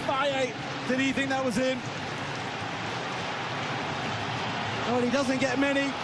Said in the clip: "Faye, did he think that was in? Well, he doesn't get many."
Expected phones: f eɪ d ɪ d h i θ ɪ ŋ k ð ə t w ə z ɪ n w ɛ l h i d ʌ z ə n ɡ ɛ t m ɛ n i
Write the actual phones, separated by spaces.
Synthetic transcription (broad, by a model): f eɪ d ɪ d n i θ ɪ ŋ k ð ə t w ə z ɪ n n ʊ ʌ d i d ʌ z ə n ɡ ɛ t m ɛ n i